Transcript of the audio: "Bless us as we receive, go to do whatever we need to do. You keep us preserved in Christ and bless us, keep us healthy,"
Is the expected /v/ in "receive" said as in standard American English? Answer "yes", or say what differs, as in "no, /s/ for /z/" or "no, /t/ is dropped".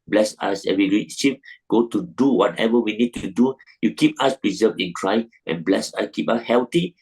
no, /p/ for /v/